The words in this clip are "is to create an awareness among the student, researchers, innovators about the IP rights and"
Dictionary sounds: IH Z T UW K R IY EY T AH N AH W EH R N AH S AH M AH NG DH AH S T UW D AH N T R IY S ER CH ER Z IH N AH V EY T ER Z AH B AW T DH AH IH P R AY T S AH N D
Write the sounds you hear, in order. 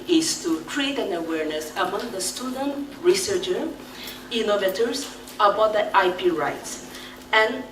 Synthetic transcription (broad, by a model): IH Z T UW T R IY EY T AH N AH W EH R N AH S AH M AH NG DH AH S T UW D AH N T R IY S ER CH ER IH N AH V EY T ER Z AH B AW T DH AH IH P R AY T S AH N